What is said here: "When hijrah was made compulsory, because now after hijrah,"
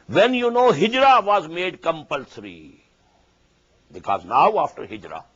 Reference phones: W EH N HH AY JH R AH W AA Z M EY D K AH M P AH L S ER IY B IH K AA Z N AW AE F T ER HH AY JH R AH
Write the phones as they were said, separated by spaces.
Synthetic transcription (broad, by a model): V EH N HH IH JH R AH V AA Z M EY D K AH M P AH L S ER IY B IH K AA Z N AW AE F T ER HH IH JH R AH